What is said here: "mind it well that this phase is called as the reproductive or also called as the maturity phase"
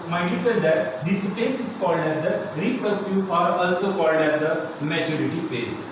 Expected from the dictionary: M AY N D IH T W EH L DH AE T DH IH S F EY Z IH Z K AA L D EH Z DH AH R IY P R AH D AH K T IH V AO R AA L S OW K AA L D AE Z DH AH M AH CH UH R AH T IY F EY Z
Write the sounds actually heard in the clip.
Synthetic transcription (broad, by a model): M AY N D IH T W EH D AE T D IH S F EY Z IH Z K AA L D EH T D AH R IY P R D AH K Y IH AA R AA L S OW K AA L D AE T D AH M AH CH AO R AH T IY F EY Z